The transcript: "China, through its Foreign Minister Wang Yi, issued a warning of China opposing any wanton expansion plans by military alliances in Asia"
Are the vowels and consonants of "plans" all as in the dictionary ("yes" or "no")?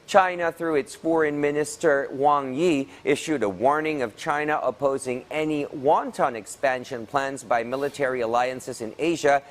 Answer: yes